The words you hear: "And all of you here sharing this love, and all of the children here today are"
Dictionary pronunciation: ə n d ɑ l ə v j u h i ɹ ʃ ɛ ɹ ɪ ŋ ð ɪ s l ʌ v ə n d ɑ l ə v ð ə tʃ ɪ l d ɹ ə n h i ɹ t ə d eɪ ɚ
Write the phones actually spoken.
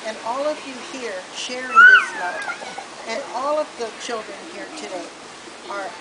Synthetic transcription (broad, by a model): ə n ɑ l ə v j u h i ɹ ʃ ɛ ɹ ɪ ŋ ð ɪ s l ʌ ə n ɑ l ə v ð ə tʃ ɪ l d ɹ ə n h i ɹ t ə d eɪ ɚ